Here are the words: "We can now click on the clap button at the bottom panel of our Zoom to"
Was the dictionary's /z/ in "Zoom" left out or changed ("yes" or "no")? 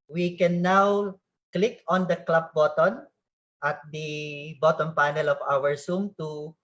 yes